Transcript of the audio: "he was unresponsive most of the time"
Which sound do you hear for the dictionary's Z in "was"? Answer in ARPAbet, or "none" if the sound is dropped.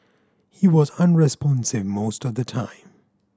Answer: Z